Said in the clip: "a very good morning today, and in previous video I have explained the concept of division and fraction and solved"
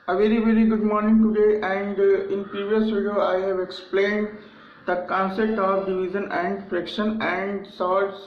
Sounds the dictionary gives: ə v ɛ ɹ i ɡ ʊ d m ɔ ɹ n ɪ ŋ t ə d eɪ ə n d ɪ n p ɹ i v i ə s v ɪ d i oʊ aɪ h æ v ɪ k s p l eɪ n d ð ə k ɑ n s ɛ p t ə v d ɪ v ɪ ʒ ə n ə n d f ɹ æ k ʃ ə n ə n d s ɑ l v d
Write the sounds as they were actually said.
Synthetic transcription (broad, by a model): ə v ɛ ɹ i ɡ ʊ d m ɔ ɹ n ɪ ŋ t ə d eɪ ə n d ɪ n p ɹ i v i ə s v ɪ d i oʊ aɪ h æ v ɪ k s p l eɪ n d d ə k ɑ n s ɛ p t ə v d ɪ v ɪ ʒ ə n ə n d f ɹ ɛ k ʃ ə n ə n d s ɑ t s